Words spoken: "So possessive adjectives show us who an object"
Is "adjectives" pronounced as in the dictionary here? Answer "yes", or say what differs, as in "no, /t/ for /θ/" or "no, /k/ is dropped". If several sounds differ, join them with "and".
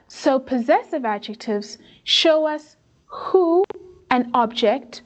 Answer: yes